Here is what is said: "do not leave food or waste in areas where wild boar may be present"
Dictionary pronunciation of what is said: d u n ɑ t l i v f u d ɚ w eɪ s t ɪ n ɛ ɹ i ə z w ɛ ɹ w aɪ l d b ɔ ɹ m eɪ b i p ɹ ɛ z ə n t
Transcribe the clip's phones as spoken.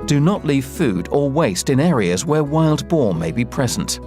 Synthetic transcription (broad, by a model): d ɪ n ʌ t l i v f u d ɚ w eɪ s t ɪ n ɛ ɹ i ə z w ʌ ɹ w aɪ l d b ɔ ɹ m eɪ b i p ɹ ɛ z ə n t